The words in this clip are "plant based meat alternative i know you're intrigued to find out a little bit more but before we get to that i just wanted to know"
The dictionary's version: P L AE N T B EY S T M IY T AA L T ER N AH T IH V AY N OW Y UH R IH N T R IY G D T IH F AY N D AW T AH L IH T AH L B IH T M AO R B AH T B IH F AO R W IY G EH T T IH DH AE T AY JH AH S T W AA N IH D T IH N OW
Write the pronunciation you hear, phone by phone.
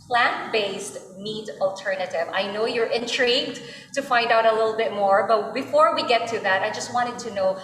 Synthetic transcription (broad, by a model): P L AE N B EY S T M IY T AA L T ER N AH T IH V AY N OW Y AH R IH N T R IY G D T IH F AY N D AW T AH L IH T L B IH T M AO R B AH T B IH F AO R W IY G EH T T IH DH AE T AY JH AH S T W AA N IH D T IH N OW